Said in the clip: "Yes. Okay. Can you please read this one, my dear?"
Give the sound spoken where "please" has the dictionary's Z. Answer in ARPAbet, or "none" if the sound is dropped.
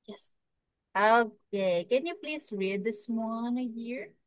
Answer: S